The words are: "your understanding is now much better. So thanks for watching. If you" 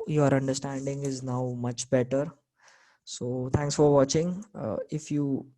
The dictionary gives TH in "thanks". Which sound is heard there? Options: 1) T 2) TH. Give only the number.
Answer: 1